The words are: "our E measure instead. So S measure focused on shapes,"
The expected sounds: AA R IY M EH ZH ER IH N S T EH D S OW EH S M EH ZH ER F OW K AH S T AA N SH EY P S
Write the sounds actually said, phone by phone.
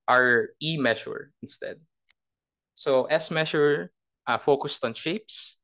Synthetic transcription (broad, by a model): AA R IY M EH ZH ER IH N S T EH D S OW EH S M EH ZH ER F OW K AH S T AA N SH EY P S